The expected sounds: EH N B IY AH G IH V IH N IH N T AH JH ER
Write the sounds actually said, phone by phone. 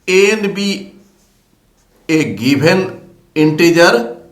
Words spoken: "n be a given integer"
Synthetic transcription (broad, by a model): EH N B IY AH G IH B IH N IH N T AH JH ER